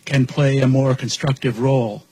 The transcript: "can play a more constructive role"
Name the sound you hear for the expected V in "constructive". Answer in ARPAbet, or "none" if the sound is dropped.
V